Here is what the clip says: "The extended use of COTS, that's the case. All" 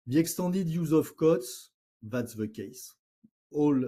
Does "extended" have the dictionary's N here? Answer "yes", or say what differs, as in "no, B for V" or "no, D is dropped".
no, N is dropped